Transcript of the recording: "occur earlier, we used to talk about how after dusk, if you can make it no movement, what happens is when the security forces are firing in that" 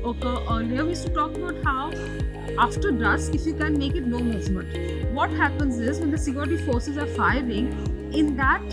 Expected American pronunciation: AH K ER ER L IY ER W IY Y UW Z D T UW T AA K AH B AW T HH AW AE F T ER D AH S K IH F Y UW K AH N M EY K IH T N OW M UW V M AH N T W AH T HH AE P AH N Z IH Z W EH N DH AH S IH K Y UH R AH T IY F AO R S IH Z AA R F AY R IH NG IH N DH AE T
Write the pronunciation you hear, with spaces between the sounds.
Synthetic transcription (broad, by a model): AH K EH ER L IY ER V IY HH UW T UW T AA K AH B AW T HH AW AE F T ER D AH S IH F Y UW K AH N M EY K IH T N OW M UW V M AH N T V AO T HH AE P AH N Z IH Z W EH N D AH S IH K Y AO R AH T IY F AO R S IH Z AA R F AY R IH NG IH N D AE T